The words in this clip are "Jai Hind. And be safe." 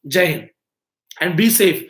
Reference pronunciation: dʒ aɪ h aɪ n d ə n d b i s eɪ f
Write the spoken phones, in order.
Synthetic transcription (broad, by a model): dʒ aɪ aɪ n ə n d b i s eɪ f